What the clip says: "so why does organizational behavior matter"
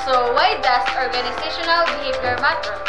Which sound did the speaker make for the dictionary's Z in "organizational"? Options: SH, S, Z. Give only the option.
S